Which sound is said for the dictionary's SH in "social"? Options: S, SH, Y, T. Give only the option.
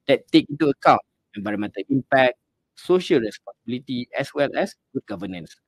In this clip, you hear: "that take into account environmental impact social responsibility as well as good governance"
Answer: SH